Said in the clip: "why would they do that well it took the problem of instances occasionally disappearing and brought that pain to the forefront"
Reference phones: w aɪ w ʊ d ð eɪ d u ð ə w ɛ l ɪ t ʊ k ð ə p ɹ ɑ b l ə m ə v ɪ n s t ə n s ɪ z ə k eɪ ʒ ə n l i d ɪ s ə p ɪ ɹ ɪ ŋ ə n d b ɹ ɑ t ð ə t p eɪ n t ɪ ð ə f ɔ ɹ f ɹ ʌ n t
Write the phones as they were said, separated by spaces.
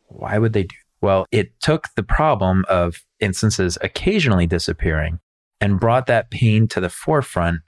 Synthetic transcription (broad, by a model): w aɪ w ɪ d ð eɪ d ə w ɛ l ɪ t ʊ k ð ə p ɹ ɑ b l ə m ə v ɪ n s t ə n s ɪ z ə k eɪ ʒ ə n l i d ɪ s ə p ɪ ɹ ɪ ŋ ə n b ɹ ɑ t ð ə t p eɪ n t ɪ ð ə f ɔ ɹ f ɹ ʌ n t